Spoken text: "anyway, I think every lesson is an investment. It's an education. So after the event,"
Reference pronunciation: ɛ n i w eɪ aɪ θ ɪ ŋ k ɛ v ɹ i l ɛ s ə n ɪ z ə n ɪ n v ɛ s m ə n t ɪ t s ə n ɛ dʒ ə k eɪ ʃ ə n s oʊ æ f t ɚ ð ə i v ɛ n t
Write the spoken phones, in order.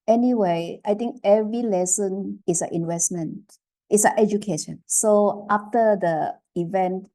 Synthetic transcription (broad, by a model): ɛ n i w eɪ aɪ t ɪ ŋ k ɛ v ɹ i l ɛ s ə n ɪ s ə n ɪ n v ɛ s m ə n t ɪ t s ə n ɛ dʒ ə k eɪ ʃ ə n s oʊ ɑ f t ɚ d ə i v ɛ n t